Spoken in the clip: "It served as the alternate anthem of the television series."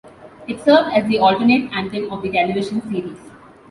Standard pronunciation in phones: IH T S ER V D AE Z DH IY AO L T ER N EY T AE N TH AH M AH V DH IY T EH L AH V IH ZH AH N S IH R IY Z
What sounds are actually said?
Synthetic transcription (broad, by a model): IH T S ER V D AE Z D IY AO L T ER N EY T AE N T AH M AH V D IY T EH L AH V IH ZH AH N S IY R IY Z